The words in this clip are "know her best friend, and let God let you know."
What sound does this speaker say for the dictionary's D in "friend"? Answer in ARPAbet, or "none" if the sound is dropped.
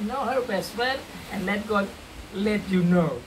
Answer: none